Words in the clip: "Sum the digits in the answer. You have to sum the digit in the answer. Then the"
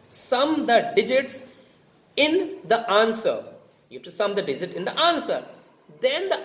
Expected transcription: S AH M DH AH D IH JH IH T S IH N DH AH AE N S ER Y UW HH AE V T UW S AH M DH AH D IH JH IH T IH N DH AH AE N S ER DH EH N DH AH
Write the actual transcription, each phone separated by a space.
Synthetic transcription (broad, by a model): S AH M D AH D IH JH IH T S IH N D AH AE N S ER Y UW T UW S AH M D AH D IH JH IH T IH N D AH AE N S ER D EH N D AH